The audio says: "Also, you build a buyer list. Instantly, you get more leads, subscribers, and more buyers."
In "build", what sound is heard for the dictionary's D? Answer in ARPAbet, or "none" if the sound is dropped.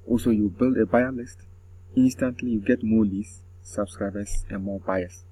D